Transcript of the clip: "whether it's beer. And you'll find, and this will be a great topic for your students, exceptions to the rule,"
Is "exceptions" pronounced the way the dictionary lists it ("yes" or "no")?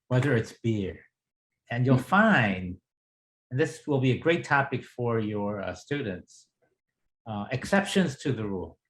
yes